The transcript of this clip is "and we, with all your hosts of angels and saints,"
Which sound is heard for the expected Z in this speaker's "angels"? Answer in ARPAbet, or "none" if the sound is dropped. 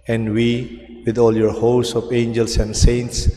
S